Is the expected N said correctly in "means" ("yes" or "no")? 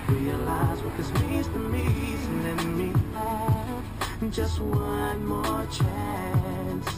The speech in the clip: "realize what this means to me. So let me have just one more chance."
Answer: no